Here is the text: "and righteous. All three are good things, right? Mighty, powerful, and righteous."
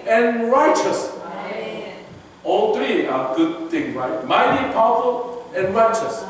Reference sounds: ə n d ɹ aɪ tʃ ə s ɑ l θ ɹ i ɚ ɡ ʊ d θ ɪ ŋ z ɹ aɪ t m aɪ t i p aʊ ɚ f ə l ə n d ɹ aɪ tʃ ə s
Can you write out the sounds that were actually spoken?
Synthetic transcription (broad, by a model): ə n ɹ aɪ tʃ ə s ɑ l t ɹ i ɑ ɡ ʊ d t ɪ ŋ ɹ aɪ t m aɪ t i p aʊ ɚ f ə l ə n ɹ aɪ tʃ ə s